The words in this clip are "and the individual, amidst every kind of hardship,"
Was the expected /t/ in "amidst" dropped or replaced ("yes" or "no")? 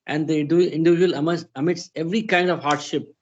yes